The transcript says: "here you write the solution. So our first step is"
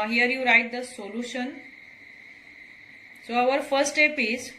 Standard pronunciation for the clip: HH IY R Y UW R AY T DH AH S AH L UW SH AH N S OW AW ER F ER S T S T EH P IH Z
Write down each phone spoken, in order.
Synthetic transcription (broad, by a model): HH IY R Y UW R AY T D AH S AH L UW SH AH N S OW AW ER F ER T S T EH P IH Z